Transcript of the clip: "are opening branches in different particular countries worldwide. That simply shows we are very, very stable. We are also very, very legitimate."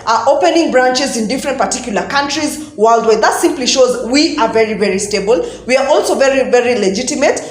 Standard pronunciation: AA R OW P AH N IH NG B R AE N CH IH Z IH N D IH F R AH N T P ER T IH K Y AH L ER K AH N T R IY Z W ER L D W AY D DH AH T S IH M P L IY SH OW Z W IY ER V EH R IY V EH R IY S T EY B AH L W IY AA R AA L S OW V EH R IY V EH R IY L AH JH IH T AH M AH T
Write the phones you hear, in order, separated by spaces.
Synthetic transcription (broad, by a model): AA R OW P AH N IH NG B R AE N CH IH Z IH N D IH F R AH N T P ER T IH K Y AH L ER K AH N T R IY Z W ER L D W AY DH AH T S IH M P L IY SH OW Z W IY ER V EH R IY V EH R IY S T EY B AH L W IY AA R AA L S OW V EH R IY V EH R IY L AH JH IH T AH M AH T